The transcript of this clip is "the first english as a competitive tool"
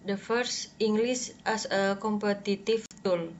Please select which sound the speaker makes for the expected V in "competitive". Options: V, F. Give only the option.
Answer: F